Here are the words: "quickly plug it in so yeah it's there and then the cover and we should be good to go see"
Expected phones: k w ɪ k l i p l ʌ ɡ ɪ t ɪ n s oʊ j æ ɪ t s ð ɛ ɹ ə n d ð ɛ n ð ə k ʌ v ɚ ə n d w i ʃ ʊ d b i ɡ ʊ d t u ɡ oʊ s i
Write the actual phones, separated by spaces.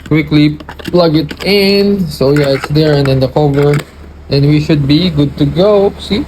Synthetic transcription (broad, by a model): k w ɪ k l i p l ʌ ɡ ɪ t ɪ n s oʊ j æ ɪ t s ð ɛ ɹ ə n d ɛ n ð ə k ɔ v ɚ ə n w i ʃ ʊ d b i ɡ ʊ d t u ɡ oʊ s i